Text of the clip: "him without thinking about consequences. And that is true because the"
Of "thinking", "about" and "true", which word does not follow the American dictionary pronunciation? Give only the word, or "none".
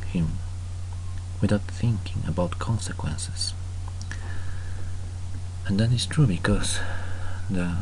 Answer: none